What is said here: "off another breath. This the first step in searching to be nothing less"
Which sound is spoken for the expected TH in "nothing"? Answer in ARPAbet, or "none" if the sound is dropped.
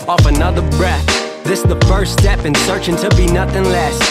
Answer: TH